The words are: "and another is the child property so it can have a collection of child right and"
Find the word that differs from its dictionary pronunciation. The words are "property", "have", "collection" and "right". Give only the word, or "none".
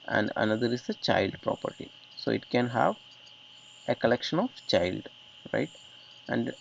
none